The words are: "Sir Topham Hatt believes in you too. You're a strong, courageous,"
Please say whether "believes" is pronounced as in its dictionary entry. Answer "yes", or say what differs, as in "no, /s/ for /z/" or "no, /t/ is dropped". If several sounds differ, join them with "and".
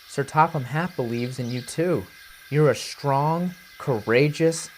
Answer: yes